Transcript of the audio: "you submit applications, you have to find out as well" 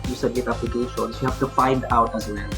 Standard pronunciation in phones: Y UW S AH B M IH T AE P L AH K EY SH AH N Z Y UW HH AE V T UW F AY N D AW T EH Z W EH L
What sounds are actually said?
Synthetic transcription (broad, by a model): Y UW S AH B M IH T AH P AH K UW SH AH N S Y UW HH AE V T UW F AY N D AW T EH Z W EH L